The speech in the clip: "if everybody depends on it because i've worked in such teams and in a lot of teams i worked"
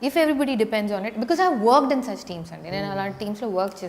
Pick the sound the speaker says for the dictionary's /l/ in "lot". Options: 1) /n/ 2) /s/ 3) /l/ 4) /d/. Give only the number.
1